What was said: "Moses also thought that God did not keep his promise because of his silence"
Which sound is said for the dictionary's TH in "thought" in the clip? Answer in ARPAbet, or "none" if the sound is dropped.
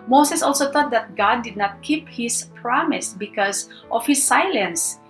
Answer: T